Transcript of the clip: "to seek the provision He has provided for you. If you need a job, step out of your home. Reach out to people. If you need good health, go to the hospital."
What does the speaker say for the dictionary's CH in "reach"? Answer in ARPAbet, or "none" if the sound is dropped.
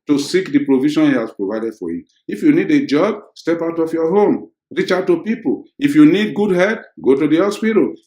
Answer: CH